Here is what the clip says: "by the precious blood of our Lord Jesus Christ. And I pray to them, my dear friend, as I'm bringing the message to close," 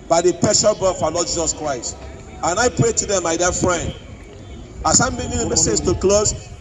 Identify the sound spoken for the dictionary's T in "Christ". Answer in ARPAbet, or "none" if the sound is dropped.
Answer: T